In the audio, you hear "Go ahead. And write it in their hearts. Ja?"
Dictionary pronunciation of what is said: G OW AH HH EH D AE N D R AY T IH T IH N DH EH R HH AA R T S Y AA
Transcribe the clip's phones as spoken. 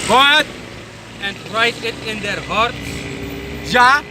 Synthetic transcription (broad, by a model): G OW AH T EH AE N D R AY T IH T IH N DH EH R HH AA R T Y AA